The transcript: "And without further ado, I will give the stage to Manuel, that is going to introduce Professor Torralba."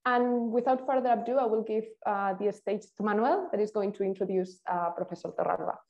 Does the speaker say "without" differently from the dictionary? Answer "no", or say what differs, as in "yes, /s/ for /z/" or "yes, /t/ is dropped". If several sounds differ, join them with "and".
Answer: no